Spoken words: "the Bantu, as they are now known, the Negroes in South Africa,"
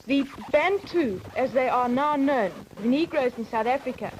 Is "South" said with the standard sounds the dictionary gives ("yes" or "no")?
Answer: yes